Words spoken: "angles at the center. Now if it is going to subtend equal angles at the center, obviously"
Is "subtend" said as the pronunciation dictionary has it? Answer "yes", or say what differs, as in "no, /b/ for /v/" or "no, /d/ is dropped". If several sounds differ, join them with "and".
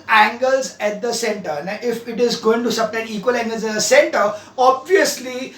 no, /d/ is dropped